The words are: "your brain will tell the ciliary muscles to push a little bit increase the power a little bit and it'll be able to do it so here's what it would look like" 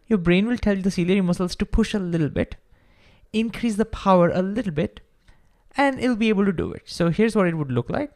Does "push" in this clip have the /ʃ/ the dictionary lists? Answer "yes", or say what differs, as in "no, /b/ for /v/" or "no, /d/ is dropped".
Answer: yes